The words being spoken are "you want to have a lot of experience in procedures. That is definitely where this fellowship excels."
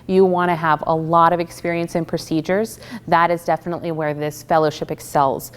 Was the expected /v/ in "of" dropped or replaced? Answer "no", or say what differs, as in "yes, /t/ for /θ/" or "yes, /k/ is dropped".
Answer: no